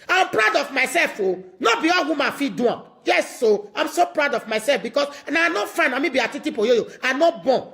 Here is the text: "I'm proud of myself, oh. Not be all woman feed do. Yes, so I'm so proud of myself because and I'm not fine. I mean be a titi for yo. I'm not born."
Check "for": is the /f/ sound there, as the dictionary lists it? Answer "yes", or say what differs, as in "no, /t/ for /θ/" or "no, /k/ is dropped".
no, /p/ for /f/